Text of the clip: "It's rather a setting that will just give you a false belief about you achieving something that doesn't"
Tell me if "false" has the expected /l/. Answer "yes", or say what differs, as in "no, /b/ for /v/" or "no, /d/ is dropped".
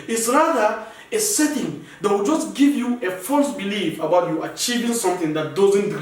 yes